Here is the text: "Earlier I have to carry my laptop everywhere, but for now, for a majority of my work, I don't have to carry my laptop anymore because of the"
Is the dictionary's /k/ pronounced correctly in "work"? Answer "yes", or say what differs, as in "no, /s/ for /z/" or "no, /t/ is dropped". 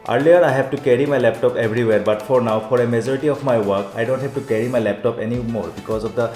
yes